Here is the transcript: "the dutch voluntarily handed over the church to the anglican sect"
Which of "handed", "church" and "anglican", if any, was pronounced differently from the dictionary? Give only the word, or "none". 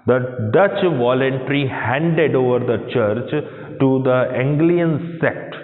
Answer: anglican